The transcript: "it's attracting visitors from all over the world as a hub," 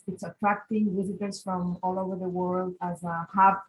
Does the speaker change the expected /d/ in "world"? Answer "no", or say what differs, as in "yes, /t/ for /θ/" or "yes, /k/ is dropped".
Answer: no